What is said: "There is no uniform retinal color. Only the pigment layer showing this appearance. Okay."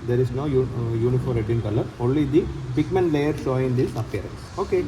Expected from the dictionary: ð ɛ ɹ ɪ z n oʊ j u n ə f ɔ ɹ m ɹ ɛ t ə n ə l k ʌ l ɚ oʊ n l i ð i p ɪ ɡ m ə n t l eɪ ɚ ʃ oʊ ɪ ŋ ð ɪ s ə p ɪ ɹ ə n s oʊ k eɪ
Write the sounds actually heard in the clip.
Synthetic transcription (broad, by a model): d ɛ ɹ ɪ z n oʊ j u n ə f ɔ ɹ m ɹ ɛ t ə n k ʌ l ɚ oʊ n l i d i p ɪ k m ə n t l eɪ ɚ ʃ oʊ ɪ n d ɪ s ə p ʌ ɹ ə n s oʊ k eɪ